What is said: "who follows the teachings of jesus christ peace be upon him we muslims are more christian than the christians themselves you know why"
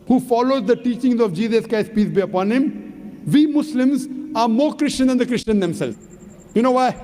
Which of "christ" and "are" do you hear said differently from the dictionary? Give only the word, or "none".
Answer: christ